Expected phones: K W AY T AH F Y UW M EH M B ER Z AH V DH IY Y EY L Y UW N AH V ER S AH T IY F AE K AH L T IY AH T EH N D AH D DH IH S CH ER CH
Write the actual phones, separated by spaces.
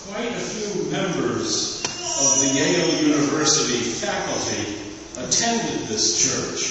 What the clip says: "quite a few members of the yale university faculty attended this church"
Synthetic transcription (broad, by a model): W AY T AH F Y UW M EH M B ER Z AH V DH IY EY L Y UW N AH V ER S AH T IY F AE K L T IY AH T EH N D AH D DH IH S CH ER CH